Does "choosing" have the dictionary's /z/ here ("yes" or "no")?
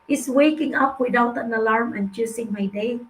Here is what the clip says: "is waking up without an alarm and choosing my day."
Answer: no